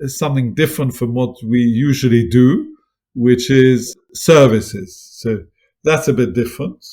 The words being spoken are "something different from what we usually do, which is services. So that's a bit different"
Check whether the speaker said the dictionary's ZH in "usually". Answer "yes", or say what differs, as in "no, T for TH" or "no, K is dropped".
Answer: yes